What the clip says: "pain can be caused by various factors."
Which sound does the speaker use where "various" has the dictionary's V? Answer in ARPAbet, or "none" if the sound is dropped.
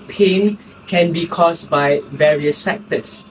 V